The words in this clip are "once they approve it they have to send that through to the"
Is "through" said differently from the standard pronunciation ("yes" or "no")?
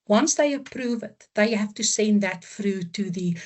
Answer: yes